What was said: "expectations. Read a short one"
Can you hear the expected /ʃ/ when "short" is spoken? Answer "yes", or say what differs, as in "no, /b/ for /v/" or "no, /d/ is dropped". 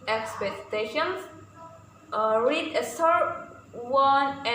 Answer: no, /s/ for /ʃ/